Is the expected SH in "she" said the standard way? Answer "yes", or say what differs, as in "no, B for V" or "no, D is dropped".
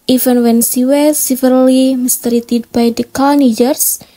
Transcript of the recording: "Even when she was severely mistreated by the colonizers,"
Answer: no, S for SH